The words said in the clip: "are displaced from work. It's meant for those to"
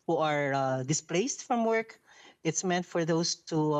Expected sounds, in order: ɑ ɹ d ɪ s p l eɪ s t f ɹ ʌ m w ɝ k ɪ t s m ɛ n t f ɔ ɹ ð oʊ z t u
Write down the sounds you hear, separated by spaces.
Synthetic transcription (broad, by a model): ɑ ɹ d ɪ s p l eɪ s t f ɹ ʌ m w ɝ k ɪ t s m ɛ n t f ɔ ɹ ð oʊ s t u